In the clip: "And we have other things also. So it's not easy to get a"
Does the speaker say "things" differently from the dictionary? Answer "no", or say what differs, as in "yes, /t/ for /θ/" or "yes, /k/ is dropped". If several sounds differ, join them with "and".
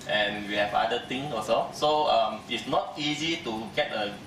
yes, /t/ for /θ/ and /z/ is dropped